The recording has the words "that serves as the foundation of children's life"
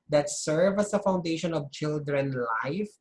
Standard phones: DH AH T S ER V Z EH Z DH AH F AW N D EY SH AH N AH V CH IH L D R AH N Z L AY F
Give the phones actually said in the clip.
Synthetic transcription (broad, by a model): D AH T S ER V EH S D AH F AW N D EY SH AH N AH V CH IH L D R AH N L AY F